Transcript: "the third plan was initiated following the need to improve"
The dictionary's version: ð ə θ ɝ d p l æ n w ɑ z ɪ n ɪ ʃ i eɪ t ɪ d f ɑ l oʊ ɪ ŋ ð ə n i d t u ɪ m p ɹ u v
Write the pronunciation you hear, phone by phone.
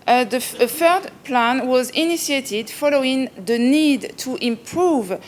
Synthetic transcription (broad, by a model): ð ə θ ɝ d p l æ n w ɑ z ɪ n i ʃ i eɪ t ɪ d f ɑ l oʊ ɪ ŋ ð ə n i d t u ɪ m p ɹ u v